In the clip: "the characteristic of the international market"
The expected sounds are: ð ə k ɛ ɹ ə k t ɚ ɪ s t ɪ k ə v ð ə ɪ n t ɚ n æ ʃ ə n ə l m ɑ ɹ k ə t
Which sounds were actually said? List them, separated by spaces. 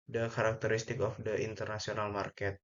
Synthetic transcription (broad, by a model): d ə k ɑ ɹ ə k t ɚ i s t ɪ k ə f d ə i n t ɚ n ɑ s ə n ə l m ɑ ɹ k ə t